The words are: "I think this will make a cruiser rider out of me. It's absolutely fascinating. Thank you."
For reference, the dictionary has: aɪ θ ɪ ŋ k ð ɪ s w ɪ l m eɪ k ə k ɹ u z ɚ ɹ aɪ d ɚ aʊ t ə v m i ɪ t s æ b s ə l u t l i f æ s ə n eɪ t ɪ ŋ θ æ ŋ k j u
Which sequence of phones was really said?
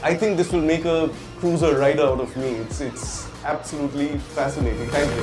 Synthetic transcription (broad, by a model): aɪ t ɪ ŋ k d ɪ s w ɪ l m eɪ k ə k ɹ u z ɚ ɹ aɪ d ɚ aʊ t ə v m i ɪ t s æ b s ə l u t l i f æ s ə n eɪ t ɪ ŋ t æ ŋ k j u